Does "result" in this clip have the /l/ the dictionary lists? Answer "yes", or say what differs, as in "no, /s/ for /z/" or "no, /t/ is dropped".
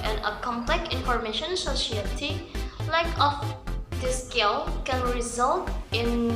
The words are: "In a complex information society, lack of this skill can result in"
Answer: yes